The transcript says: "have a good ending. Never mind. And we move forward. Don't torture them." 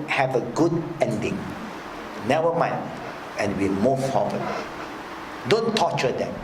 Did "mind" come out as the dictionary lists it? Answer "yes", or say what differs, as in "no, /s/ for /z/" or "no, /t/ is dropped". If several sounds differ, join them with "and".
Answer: no, /d/ is dropped